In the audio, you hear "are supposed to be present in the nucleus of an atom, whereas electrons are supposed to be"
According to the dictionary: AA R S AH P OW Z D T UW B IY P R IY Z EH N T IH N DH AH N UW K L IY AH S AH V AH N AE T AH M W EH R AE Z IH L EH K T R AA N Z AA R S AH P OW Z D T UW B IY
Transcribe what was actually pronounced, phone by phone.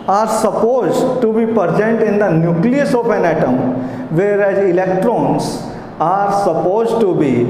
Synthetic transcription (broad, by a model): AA R S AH P OW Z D T UW B IY P R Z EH N T IH N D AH N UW K L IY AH S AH P AH N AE T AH M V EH R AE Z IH L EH K T R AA N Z AA R S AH P OW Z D T UW B IY